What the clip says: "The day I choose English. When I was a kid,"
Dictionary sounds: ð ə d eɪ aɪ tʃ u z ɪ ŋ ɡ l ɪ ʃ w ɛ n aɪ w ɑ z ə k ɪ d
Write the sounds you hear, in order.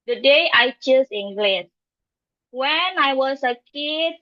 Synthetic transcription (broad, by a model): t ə d eɪ aɪ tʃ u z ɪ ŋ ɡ l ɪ s w ɛ n aɪ w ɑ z ə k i